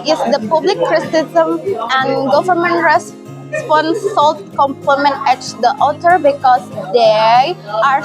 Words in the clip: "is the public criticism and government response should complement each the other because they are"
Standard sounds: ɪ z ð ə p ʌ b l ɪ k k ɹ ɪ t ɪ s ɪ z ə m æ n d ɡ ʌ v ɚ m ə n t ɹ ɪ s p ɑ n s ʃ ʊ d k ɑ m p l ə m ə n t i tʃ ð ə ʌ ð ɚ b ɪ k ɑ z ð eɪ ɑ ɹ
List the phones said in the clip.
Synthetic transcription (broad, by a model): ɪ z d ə p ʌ b l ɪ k k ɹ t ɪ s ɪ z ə m æ n d ɡ ʌ v ɚ m ə n t ɹ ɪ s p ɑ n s s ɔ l k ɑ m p ə m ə n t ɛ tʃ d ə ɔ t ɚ b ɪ k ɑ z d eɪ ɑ ɹ